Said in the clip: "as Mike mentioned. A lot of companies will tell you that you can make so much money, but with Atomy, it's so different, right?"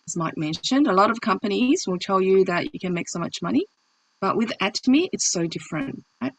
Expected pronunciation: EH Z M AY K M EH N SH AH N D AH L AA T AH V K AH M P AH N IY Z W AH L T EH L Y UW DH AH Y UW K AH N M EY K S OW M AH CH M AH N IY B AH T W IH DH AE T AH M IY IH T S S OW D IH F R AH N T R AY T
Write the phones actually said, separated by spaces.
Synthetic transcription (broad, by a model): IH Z M AY K M EH N SH AH N D AH L AA T AH V K AH M P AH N IY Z W AH L T EH L Y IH DH AH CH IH K AH N M EY K S OW M AH CH M AH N IY B AH T W IH DH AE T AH M IY IH T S S OW D IH F R AH N T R AY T